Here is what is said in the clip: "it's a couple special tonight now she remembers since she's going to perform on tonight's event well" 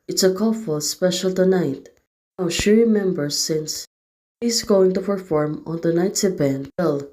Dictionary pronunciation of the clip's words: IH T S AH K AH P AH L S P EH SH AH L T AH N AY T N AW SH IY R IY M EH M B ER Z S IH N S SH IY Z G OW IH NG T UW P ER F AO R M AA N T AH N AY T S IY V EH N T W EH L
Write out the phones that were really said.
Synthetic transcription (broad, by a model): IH T S AH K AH F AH L S P EH SH AH L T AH N AY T N AW SH IY R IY M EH M B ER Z S IH N S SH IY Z G OW IH NG T UW P ER F AO R M AA N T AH N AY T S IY B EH N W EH L